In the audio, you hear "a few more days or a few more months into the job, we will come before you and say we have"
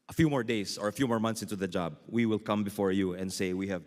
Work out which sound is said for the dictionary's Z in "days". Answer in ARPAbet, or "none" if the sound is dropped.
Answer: S